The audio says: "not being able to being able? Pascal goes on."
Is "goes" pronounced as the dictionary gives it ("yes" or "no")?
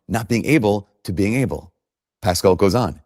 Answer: yes